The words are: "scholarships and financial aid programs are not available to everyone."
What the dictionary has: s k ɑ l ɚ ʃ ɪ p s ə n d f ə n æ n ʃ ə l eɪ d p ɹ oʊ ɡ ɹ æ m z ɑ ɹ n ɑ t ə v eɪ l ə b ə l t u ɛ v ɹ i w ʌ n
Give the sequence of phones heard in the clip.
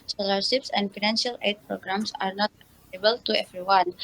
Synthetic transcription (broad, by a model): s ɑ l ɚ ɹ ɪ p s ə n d f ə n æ n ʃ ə l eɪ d p ɹ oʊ ɡ ɹ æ m s ɑ ɹ n ɑ t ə eɪ ə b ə l t u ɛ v ɹ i w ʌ n